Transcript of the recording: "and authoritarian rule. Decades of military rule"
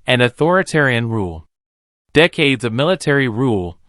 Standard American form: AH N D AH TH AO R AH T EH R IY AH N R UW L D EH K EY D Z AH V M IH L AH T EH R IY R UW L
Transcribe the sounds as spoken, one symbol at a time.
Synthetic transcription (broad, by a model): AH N AH TH AO R AH T EH R IY AH N R UW L D EH K EY D Z AH V M IH L AH T EH R IY R UW L